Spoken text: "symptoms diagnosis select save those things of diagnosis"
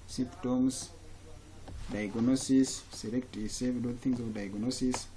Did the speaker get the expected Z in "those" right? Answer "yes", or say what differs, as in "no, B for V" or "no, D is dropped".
no, Z is dropped